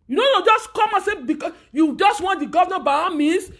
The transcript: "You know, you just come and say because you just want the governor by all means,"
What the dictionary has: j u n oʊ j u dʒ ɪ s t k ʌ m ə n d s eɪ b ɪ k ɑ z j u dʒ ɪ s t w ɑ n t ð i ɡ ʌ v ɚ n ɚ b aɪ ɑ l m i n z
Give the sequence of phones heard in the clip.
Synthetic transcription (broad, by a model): j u n oʊ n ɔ dʒ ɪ s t k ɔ m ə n s eɪ b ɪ k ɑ j u dʒ ɪ s t w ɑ n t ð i ɡ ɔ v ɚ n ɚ b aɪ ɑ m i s